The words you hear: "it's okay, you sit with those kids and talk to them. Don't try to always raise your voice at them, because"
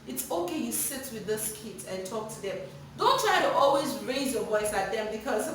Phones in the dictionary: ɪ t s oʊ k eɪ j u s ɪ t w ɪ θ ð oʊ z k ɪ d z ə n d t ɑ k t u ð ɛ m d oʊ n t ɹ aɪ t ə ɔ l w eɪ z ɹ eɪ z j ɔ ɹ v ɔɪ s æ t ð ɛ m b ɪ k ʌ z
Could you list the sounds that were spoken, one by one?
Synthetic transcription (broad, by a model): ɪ t s oʊ k eɪ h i s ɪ t w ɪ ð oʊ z k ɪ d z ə n t ɑ k t u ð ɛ m d oʊ n t ɹ aɪ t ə ɔ l w eɪ z ɹ eɪ z j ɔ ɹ v ɔɪ s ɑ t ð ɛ m b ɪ k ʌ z